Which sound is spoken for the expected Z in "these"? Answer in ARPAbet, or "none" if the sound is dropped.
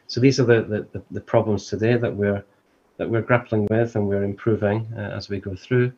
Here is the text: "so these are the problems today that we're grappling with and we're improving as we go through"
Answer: Z